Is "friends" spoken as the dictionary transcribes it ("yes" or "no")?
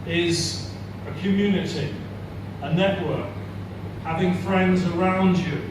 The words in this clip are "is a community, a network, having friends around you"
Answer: yes